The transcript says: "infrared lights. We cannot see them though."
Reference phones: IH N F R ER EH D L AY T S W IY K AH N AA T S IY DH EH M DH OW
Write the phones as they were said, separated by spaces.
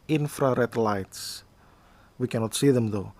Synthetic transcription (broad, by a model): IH N F R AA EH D L AY T S W IY K AH N AA T S IY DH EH M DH OW